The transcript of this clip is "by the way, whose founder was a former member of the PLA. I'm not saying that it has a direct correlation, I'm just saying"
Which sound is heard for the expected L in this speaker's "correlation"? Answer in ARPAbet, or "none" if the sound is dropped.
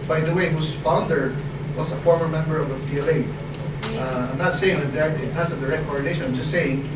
N